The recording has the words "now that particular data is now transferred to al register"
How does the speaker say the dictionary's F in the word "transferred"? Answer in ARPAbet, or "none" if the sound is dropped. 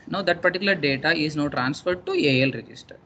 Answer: F